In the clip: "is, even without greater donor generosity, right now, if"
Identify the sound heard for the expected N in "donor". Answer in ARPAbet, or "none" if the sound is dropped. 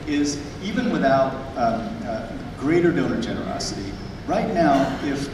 L